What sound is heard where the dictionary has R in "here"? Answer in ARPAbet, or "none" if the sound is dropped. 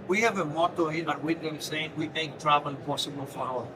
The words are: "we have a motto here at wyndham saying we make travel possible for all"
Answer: L